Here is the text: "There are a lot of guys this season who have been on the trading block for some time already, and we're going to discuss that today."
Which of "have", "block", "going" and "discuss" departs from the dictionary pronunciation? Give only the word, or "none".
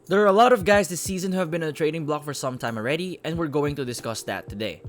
none